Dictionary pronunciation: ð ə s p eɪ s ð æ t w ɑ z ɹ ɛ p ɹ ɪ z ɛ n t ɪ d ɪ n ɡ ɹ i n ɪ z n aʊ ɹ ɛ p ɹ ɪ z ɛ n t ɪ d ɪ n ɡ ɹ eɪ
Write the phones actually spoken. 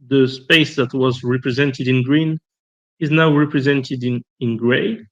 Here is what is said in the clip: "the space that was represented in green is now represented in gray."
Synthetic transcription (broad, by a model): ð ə s p eɪ s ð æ t w ɑ z ɹ ɛ p ɹ ɪ z ɛ n t ɪ d ɪ n ɡ ɹ i n ɪ z n aʊ ɹ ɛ p ɹ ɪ z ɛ n t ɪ d ɪ n ɡ ɹ eɪ